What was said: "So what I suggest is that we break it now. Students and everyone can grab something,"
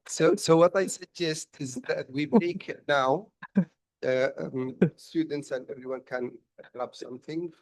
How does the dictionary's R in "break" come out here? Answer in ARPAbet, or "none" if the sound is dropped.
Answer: none